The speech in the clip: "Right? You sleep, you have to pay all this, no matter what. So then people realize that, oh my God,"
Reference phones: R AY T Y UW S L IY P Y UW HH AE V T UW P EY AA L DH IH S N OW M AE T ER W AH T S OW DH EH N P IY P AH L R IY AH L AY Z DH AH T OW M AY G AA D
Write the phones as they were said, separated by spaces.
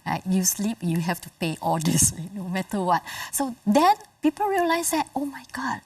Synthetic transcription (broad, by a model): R AY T Y UW S L IY P Y UW HH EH F T UW P EY AA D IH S N OW M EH T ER W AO T S OW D EH N P IY P AH L R IY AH L AY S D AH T OW M AY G AA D